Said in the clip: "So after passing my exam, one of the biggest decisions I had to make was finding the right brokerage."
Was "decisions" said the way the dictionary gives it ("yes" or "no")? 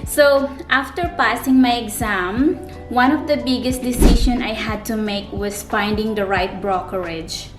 no